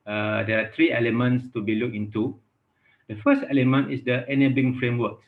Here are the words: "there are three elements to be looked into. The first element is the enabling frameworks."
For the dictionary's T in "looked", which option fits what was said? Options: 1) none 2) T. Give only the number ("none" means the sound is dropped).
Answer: 1